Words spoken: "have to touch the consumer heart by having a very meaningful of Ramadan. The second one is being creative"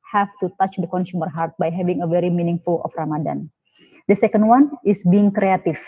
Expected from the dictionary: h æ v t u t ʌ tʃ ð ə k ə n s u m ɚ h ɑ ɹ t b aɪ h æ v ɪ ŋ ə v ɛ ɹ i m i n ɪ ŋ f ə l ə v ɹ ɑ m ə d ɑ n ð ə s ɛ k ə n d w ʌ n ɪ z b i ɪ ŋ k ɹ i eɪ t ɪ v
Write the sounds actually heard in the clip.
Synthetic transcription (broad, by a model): h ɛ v t u t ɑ tʃ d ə k ə n s u m ɚ h ɑ ɹ t b aɪ h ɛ v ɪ ŋ ə v ɛ ɹ i m i n ɪ ŋ f ə l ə f ɹ ɑ m ə d ɑ n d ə s ɛ k ə n d w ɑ n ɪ s b i ɪ ŋ k ɹ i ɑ t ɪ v